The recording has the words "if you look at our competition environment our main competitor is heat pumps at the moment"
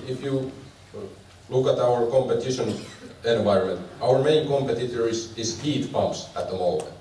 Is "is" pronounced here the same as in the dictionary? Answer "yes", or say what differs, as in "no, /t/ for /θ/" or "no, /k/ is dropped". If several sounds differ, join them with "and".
no, /s/ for /z/